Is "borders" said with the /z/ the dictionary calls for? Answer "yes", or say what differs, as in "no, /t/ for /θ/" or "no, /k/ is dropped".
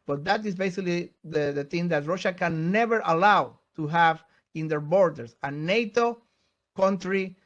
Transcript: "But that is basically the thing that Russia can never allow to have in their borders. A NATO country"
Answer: no, /s/ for /z/